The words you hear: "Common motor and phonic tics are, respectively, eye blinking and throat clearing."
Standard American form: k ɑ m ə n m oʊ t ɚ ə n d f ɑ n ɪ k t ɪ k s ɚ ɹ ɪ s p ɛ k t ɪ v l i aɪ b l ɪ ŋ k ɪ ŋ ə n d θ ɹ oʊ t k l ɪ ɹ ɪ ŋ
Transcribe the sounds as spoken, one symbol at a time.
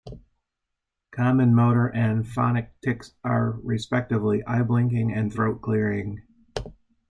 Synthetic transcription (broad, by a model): k ɑ m ə n m oʊ t ɚ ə n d f ɑ n ɪ k t ɪ k s ɚ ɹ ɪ s p ɛ k t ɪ v l i aɪ b l ɪ ŋ k ɪ ŋ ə n θ ɹ oʊ t k l ɪ ɹ ɪ ŋ